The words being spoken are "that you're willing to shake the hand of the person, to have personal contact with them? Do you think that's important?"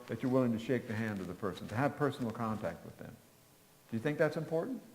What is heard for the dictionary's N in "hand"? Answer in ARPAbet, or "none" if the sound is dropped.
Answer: N